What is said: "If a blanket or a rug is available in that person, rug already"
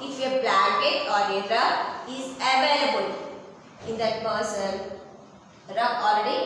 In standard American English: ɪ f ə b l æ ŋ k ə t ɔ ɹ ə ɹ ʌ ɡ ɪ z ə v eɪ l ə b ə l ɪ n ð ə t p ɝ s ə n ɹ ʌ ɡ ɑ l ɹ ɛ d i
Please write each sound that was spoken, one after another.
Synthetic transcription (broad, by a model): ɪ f ə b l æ k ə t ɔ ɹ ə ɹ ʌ ɪ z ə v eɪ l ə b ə l ɪ n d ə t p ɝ s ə n ɹ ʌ ɑ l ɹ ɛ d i